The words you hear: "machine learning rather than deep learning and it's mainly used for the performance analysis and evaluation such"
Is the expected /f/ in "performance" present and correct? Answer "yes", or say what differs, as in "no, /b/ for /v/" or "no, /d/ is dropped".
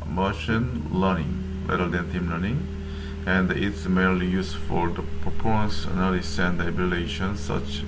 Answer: no, /p/ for /f/